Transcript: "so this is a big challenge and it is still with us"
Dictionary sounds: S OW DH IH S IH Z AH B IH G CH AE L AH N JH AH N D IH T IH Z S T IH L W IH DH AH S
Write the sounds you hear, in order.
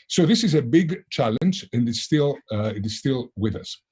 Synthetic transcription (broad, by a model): S OW DH IH S IH Z AH B IH G CH AE L AH N JH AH N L IH T IH Z S T IH L W IH DH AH S